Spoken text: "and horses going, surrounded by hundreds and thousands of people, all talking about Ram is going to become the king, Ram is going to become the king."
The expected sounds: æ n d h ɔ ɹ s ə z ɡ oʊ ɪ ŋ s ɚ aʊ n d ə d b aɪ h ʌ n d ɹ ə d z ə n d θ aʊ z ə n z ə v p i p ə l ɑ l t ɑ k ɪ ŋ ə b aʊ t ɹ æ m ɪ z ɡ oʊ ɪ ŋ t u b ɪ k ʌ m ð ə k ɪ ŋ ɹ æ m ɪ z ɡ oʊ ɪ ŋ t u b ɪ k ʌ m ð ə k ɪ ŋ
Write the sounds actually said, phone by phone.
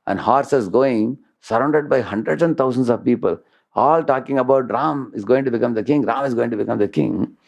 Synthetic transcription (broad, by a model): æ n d h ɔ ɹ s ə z ɡ oʊ ɪ ŋ s ɚ aʊ n d ə d b aɪ h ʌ n d ɹ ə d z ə n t aʊ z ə n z ə v p i p ə l ɑ l t ɑ k ɪ ŋ ə b aʊ t ɹ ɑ m ɪ z ɡ oʊ ɪ ŋ t u b ɪ k ʌ m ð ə k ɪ ŋ ɹ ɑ m ɪ z ɡ oʊ ɪ ŋ t u b ɪ k ʌ m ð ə k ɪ ŋ